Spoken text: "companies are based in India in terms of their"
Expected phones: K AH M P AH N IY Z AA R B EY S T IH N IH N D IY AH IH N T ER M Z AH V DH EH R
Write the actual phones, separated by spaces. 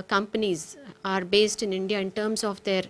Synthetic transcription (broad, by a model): K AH M P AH N IY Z AA R B EY S T IH N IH N D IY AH IH N T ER M S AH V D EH R